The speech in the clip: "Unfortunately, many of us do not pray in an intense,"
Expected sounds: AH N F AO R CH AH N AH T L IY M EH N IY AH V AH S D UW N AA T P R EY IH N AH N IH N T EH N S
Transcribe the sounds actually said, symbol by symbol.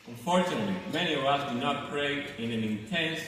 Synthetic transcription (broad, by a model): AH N F AO R CH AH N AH T L IY M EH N IY AH V AH S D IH N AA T P R EY IH N AH N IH N T EH N S